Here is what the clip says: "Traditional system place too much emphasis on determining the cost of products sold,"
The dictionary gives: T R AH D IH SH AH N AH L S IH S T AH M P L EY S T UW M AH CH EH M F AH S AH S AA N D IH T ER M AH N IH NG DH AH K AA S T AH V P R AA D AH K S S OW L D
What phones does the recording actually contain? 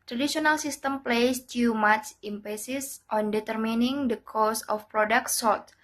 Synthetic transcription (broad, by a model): T R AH D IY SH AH N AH L S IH S T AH M P L EY S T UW M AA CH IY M P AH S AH S AA N D IH T ER M AH N IH NG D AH K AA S AH F P R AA D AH K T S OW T